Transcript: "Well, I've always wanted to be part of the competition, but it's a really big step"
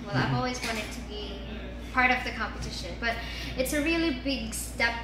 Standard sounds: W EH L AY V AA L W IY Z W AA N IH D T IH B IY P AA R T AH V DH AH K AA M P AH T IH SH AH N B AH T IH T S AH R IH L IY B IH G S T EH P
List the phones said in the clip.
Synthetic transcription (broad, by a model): W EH L AY V AA L W IY Z W AA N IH D T IH B IY P AA R T AH V DH AH K AA M P AH T IH SH AH N B AH T IH T S AH R IH L IY B IH G S T EH P